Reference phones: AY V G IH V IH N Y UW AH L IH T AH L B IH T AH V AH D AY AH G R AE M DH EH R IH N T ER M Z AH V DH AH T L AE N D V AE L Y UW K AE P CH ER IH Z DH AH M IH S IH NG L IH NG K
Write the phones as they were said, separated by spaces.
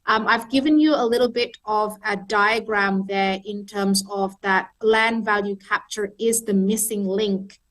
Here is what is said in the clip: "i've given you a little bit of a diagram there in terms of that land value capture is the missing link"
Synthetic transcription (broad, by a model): AY V G IH V IH N Y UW AH L IH T L B IH T AH V AH D AY AH G R AE M DH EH R IH N T ER M Z AH V DH AH T L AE N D V AE L Y UW K AE P CH ER IH Z DH AH M IH S IH NG L IH NG K